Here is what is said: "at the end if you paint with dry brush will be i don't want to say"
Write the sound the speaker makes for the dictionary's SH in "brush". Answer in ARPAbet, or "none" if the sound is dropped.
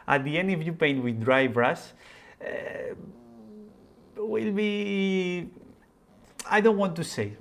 S